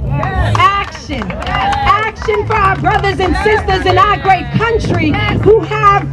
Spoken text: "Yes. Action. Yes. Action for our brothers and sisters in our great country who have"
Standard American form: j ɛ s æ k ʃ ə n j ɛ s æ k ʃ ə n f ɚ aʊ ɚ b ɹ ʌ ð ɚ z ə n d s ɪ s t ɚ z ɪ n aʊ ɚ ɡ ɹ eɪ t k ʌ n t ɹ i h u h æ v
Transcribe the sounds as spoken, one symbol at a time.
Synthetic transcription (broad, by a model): æ k ʃ ə n æ k ʃ ə n f ɚ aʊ ɚ b ɹ ʌ ð ɚ z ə n s ɪ s t ɚ z ɪ n aʊ ɚ ɡ ɹ eɪ t k ʌ n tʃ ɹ i h u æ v